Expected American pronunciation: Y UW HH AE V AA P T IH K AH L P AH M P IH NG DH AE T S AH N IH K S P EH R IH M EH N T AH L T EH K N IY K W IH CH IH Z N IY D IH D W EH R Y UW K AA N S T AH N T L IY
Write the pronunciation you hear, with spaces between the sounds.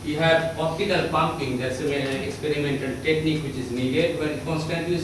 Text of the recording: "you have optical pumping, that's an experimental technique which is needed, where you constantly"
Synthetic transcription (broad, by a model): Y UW HH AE P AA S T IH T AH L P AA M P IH NG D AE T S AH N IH K S P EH R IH M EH N T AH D T EH K N IY K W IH CH IH Z N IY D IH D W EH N K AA N S T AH N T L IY